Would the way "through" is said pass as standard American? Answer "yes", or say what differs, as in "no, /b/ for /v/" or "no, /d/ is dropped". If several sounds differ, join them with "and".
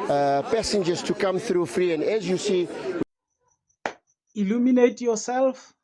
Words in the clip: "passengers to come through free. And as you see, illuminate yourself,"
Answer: yes